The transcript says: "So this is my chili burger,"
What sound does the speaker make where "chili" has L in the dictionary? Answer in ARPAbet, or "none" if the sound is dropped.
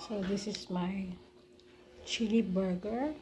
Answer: L